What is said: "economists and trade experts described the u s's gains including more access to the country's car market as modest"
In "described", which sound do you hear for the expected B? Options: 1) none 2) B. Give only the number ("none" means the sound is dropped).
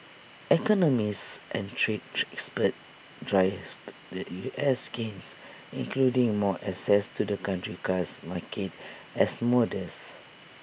1